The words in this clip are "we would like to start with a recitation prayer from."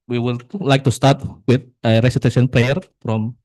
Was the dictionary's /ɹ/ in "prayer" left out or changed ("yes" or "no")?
yes